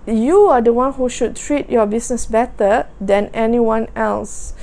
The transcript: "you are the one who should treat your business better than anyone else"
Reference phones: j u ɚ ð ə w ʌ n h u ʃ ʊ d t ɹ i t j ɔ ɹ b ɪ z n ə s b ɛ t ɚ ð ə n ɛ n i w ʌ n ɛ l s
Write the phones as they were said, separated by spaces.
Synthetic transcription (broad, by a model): j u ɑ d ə w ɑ n h u ʃ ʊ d t ɹ i t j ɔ b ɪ s n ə s b ɛ t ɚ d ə n ɛ n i w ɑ n ɛ l s